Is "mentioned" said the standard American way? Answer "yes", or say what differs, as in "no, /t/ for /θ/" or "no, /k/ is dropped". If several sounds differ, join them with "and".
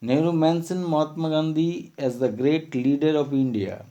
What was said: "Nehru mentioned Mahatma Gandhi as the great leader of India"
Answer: no, /s/ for /ʃ/